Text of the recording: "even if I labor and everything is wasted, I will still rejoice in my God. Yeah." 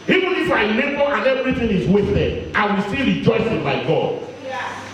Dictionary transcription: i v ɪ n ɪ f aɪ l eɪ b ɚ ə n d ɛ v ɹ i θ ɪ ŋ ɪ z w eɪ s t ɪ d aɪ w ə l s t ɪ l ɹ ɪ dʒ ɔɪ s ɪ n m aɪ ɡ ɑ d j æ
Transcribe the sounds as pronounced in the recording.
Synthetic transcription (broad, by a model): i v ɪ n ɪ f aɪ n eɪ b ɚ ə n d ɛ v ɹ i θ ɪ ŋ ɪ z w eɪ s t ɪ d aɪ w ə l s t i ɹ ɪ dʒ ɔɪ s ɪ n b aɪ ɡ ɑ d